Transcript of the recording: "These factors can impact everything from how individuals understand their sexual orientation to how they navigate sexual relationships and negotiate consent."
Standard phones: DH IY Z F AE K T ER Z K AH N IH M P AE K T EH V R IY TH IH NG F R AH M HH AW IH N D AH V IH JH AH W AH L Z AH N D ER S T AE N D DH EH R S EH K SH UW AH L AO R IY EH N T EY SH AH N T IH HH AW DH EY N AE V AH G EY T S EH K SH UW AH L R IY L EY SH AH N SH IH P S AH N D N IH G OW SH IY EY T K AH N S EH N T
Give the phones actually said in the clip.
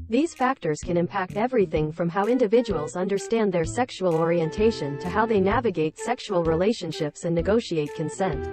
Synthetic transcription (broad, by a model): DH IY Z F AE K T ER Z K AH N IH M P AE K T EH V R IY TH IH NG F R AH M HH AW IH N D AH V IH JH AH W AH L Z AH N D ER S T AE N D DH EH R S EH K SH UW AH L AO R IY EH N T EY SH AH N T IH HH AW DH EY N AE V AH G EY T S EH K SH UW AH L R IY L EY SH AH N SH IH P S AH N N IH G OW SH IY EY T K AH N S EH N T